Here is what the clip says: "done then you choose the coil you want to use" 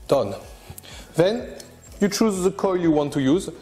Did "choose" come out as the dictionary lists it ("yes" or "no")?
yes